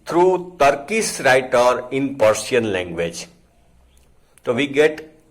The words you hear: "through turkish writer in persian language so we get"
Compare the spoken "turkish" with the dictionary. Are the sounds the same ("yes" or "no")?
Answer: no